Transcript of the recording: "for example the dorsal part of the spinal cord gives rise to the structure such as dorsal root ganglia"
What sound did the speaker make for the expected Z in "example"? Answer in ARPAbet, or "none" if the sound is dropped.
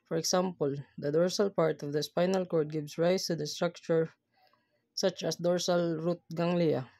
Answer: S